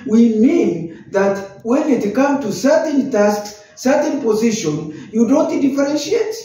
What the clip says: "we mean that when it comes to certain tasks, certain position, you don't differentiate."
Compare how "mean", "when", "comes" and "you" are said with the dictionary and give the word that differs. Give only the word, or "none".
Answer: comes